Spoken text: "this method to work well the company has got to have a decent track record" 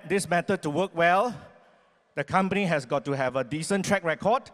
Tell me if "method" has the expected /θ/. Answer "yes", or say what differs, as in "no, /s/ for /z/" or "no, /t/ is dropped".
no, /t/ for /θ/